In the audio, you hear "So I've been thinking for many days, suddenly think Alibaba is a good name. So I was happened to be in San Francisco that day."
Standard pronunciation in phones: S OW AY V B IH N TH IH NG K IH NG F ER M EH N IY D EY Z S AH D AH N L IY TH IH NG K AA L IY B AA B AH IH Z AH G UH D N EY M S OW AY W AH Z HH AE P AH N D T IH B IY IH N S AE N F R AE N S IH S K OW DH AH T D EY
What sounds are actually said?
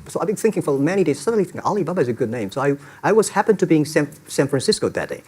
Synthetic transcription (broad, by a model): S OW AY B IH N TH IH NG K IH NG F ER M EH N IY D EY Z S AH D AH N L IY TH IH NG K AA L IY B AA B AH IH Z AH G UH D N EY M S OW AY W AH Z HH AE P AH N T IH B IY IH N S AE N F R AE N S IH S K OW DH AH T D EY